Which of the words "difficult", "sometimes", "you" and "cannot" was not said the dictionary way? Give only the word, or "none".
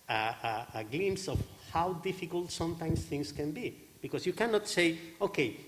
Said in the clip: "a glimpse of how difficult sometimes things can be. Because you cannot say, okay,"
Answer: sometimes